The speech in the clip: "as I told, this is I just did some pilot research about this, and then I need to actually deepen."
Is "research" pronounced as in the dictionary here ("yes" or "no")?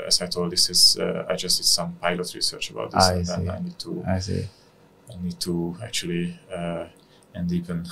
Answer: yes